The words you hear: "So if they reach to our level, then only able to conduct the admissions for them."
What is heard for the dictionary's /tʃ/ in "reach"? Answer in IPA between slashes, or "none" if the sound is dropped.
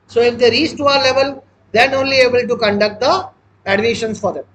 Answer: /s/